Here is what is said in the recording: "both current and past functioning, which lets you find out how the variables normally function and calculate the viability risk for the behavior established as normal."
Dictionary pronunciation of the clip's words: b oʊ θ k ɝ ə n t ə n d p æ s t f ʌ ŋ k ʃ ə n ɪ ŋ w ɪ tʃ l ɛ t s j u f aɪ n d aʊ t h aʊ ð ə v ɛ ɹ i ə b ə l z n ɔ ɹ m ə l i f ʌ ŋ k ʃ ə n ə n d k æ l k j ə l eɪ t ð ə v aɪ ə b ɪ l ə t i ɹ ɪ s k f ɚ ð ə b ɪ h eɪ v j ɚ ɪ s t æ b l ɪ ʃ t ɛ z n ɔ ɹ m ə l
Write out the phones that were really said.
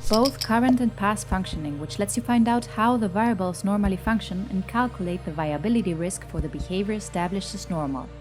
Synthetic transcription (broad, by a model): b oʊ θ k ɝ ə n t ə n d p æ s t f ʌ ŋ k ʃ ə n ɪ ŋ w ɪ tʃ l ɛ t s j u f aɪ n d aʊ t h aʊ ð ə v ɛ i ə b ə l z n ɔ ɹ m ə l i f ʌ ŋ k ʃ ə n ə n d k æ l k j ə l eɪ t ð ə v aɪ ə b ɪ l ə t i ɹ ɪ s k f ɚ ð ə b ɪ h eɪ v j ɚ s t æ b l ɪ ʃ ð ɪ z n ɔ ɹ m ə l